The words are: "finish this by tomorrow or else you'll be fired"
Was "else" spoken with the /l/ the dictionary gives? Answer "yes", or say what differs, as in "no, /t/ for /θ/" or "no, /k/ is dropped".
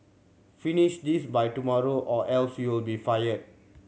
yes